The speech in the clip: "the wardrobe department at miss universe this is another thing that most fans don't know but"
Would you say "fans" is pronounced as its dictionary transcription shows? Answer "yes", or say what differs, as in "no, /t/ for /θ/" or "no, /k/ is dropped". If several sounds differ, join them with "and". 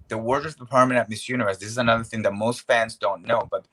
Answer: yes